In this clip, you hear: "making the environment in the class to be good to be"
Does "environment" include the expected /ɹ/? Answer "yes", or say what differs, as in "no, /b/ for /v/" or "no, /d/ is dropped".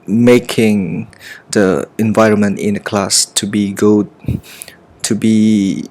yes